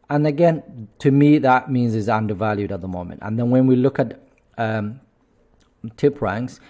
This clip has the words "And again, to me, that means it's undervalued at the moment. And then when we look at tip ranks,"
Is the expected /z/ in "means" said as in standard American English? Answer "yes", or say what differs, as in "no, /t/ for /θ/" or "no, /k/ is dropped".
yes